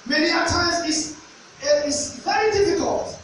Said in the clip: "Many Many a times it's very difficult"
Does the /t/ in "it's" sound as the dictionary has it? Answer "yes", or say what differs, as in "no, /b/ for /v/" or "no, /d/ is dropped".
no, /s/ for /t/